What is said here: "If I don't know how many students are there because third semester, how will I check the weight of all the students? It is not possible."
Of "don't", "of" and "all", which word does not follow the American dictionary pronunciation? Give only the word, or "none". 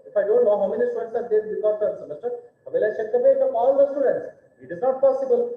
of